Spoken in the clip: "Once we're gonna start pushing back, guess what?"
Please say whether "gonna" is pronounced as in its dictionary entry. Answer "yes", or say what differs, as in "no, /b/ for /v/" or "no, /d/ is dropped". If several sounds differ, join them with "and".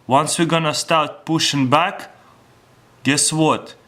yes